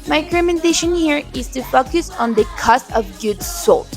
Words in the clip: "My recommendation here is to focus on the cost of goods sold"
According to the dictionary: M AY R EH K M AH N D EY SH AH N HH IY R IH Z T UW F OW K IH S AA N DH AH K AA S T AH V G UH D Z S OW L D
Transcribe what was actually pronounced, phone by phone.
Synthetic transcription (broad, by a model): M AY R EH M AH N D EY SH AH N HH IY R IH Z T UW F OW K IH S AA N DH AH K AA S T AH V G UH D S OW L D